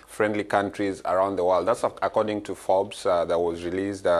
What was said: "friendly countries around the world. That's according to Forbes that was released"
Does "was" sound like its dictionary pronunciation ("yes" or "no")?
yes